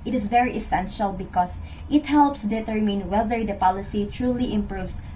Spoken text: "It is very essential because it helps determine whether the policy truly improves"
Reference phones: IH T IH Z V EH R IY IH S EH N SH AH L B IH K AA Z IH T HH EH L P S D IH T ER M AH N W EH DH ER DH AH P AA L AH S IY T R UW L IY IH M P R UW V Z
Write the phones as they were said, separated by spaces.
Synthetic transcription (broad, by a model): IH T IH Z V EH R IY IH S EH N SH AH L B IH K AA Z IH T HH EH L P S D IH T ER M AH N W EH DH ER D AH P AA L AH S IY T R UW L IY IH M P R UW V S